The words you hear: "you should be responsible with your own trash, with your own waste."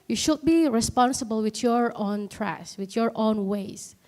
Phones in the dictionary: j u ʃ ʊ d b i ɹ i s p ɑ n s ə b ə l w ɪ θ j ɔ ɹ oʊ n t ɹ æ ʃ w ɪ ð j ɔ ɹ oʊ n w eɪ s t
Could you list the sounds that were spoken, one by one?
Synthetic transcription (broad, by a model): j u ʃ ʊ d b i ɹ i s p ɑ n s ə b ə l w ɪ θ j ɔ ɹ oʊ n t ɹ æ s w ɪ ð j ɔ ɹ oʊ n w eɪ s